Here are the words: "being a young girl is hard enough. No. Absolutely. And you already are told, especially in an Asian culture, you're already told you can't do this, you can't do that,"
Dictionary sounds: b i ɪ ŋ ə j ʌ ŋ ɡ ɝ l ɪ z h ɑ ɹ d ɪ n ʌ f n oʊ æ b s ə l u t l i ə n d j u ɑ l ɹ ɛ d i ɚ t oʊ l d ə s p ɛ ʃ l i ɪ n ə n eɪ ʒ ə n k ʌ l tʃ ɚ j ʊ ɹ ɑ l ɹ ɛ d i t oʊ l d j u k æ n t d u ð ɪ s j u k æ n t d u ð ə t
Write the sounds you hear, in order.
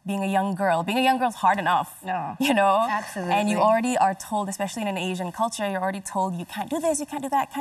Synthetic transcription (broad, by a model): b i ɪ ŋ ə j ʌ ŋ ɡ ɝ l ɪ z h ɑ ɹ d ɪ n ʌ f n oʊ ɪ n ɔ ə æ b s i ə n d j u ɑ l ɹ ɛ d i ɚ t oʊ l d ə s p ɛ ʃ l i ɪ n ə n eɪ ʒ ə n k ʌ l tʃ ɚ j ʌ ɹ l ɹ ɛ d i t oʊ l d j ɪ k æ n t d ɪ ð ɪ s j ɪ k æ n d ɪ ð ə t